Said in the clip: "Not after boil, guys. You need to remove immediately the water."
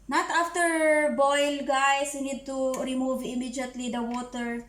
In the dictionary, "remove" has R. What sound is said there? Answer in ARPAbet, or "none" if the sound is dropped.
R